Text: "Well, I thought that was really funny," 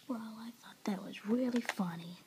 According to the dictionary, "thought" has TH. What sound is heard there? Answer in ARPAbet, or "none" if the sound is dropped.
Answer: TH